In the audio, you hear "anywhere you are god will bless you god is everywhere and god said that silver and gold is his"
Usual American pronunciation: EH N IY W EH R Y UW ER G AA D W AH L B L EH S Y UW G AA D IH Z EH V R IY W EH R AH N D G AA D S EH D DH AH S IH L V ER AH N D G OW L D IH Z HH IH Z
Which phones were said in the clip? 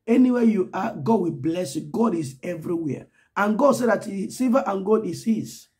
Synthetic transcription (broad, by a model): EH N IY W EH Y UW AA G AA D W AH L B L EH S Y UW G AA D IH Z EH V R IY W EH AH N G AA D S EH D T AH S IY V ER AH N G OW D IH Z HH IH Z